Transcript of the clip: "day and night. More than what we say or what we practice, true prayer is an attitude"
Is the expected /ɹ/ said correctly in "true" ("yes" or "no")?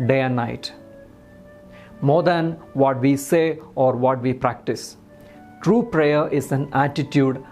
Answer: yes